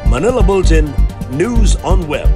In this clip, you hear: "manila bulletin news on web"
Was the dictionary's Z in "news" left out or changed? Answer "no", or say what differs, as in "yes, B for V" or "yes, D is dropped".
no